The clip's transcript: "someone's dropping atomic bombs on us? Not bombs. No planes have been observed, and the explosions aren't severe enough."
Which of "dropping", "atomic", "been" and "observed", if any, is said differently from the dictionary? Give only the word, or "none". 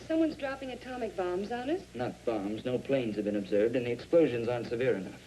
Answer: none